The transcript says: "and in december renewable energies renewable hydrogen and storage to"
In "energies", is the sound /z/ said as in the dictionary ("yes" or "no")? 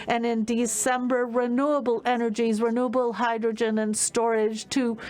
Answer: yes